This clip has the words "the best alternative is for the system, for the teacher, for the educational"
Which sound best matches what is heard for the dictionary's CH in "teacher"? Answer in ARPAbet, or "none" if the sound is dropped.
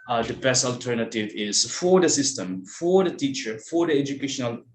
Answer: CH